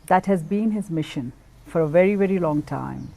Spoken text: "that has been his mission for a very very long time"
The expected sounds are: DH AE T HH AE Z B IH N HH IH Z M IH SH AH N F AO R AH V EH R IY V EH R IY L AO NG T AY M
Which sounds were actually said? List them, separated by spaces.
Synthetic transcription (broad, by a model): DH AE T HH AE Z B IH N HH IH Z M IH SH AH N F AO R AH V EH R IY V EH R IY L AO NG T AY M